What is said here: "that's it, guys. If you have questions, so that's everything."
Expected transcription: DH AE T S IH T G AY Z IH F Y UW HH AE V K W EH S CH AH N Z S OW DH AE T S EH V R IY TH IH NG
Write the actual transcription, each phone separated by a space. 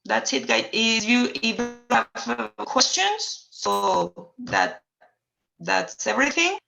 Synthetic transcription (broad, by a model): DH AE T S IH T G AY IH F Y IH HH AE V K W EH S CH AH N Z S OW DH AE T S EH V R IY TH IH NG